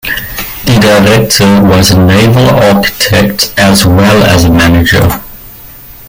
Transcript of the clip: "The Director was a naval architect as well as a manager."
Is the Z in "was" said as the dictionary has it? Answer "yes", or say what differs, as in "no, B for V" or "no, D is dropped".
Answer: yes